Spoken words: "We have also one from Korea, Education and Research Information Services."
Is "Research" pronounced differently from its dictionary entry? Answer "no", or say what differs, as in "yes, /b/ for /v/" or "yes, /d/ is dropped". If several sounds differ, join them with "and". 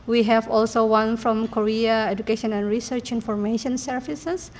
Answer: no